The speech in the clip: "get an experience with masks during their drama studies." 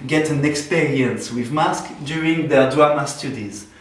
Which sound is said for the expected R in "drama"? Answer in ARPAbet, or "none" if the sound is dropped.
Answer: none